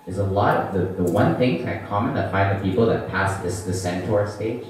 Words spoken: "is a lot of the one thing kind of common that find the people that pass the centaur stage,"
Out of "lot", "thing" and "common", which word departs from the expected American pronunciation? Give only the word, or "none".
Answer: none